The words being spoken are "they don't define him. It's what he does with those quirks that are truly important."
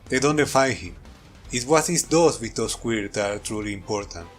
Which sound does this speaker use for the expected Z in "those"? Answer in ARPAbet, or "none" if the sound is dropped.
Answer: S